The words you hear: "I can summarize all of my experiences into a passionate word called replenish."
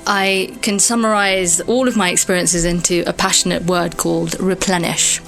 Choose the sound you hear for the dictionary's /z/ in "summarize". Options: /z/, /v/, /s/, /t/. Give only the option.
/z/